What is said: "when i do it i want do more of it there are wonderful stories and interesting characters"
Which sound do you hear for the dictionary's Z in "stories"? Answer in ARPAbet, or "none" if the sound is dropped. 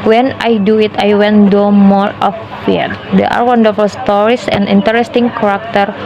S